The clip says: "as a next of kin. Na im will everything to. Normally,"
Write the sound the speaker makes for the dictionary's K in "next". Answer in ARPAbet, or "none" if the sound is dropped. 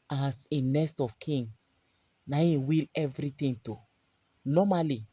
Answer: none